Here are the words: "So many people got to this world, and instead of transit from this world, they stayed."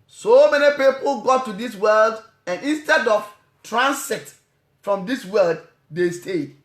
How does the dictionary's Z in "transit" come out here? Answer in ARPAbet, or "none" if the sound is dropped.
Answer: S